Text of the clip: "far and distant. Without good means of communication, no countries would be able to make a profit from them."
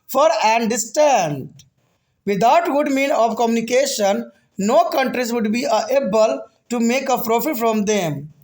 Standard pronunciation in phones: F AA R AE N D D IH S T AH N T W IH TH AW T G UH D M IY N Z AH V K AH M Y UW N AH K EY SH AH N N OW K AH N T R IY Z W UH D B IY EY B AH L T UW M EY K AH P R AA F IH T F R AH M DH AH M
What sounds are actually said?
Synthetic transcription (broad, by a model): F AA R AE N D D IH S T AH N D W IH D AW T G UH D M IY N AH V K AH M Y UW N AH K EY SH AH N N OW K AH N T R IY Z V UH D B IY EY B AH L T UW M EY K AH P R AA F IH T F R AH M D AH M